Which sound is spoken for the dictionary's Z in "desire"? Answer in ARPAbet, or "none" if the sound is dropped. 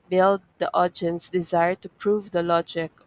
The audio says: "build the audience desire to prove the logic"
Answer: Z